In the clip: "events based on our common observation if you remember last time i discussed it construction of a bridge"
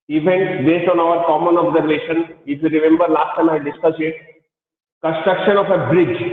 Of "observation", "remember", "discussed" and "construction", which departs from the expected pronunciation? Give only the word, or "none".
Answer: discussed